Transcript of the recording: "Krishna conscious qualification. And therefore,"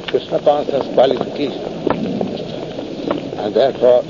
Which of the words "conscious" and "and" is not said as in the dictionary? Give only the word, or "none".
conscious